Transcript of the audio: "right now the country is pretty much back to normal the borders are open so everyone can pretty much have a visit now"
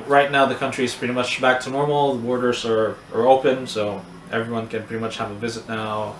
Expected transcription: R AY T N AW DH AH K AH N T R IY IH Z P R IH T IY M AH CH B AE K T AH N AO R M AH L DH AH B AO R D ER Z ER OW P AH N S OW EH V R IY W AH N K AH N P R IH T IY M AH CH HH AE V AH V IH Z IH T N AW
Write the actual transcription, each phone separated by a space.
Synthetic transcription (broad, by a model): R AY T N AW DH AH K AH N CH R IY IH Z P R IH T IY M AH CH B AE K T AH N AO R M L DH AH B AO R D ER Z ER OW P AH N S OW EH V R IY W AH N K AH N P R IH T IY M AH CH HH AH V AH V IH Z IH T N AW